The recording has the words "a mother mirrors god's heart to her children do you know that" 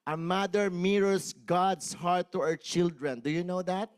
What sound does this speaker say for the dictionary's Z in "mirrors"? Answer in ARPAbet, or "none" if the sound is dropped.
S